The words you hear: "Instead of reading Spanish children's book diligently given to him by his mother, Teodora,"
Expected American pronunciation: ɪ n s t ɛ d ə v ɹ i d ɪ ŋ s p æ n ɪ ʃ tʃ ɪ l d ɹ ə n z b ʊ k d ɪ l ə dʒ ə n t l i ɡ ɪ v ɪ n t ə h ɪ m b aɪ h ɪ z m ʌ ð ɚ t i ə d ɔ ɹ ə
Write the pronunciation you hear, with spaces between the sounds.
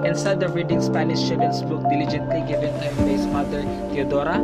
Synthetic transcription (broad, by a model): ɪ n s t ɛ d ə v ɹ i d ɪ ŋ s p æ n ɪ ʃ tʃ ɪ d ə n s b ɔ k d ɪ l ə dʒ ə n t l i ɡ ɪ v ɪ n t ə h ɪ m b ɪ s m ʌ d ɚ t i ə d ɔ ɹ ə